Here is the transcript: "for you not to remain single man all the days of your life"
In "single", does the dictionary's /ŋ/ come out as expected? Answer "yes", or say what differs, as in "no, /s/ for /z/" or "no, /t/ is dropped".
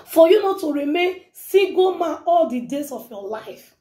no, /ŋ/ is dropped